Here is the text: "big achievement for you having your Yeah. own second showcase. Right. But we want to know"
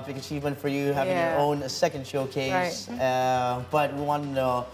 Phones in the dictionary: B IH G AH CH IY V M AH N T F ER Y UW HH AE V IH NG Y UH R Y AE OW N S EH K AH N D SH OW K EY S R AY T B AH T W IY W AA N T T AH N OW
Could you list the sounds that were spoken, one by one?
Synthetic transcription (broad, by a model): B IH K AH CH IY V M AH N T F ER Y UW HH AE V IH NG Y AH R OW N S EH K AH N D SH OW K EY S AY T B AH T W IY W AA N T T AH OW